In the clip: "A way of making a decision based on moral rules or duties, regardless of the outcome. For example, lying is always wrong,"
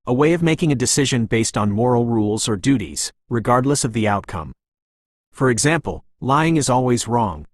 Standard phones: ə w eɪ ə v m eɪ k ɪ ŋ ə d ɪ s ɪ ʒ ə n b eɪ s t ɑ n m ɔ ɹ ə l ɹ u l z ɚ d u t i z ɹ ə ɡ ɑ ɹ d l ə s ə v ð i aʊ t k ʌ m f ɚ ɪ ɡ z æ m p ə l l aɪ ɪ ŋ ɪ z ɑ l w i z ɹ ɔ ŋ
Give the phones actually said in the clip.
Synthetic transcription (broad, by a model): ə w eɪ ə v m eɪ k ɪ ŋ ə d ɪ s ɪ ʒ ə n b eɪ s t n m ɔ ɹ l ɹ u l z ɚ d u t i z ɹ ə ɡ ɑ ɹ d l ə s ə v ð i aʊ t k ʌ m f ɚ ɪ ɡ z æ m p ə l l aɪ ɪ ŋ ɪ z ɑ l w i z ɹ ɔ ŋ